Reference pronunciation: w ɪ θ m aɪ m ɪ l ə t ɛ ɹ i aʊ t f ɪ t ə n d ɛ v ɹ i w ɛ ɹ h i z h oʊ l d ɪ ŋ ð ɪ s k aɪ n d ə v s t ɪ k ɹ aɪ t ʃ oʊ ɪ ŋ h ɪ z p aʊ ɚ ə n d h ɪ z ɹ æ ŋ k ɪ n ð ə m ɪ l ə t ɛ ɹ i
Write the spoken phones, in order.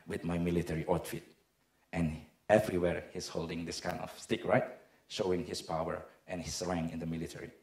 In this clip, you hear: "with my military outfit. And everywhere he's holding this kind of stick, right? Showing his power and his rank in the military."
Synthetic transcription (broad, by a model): w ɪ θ m aɪ m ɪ l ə t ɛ ɹ i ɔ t f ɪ t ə n ɛ v ɹ i w ɛ ɹ h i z h oʊ l d ɪ ŋ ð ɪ s k aɪ n d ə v s t ɪ k ɹ aɪ t ʃ oʊ ɪ ŋ h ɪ s p aʊ ɚ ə n h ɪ s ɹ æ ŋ ɪ n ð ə m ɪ l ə t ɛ ɹ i